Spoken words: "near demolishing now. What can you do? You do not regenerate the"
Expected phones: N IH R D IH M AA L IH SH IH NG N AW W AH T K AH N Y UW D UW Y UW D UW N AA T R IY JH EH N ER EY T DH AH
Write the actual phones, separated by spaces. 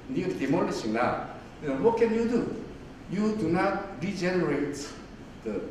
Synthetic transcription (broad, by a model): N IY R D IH M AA N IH S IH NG L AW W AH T K AH N Y UW D UW Y UW D UW N AA T R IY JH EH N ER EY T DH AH